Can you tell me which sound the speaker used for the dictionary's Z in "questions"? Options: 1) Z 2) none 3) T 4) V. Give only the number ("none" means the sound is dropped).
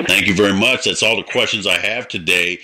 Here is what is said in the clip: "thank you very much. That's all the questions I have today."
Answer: 1